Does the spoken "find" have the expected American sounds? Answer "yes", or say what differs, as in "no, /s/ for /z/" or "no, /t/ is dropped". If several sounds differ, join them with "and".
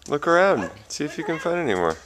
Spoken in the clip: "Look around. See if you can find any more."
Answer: yes